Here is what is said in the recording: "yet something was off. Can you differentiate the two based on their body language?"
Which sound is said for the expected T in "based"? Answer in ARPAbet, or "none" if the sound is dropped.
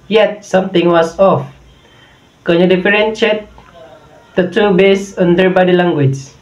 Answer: none